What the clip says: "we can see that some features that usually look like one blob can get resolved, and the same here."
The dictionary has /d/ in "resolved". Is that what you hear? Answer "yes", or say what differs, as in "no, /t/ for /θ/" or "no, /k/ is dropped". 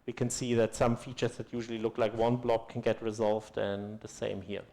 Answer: yes